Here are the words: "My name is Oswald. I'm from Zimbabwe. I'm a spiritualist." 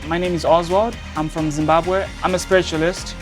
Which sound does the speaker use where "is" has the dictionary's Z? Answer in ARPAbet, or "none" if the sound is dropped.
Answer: Z